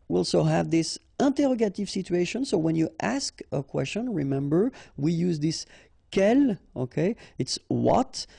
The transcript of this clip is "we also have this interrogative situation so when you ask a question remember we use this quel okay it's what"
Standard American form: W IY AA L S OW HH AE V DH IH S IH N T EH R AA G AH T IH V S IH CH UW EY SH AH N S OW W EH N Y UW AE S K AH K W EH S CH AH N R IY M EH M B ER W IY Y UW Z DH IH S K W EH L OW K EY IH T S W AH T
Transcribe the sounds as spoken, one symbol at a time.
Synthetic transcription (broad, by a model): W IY AA L S OW HH AE V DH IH S IH N T EH R AA G AH T IH V S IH CH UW EY SH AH N S OW W EH N Y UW AE S K AH K W EH S CH AH N R IY M EH M B ER W IY Y UW Z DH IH S K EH L OW K EY IH T S W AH T